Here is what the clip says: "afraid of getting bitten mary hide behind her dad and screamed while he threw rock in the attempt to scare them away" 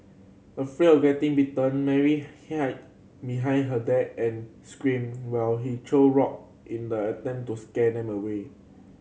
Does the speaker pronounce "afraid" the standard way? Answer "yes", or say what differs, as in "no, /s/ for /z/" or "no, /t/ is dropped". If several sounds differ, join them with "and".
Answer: no, /d/ is dropped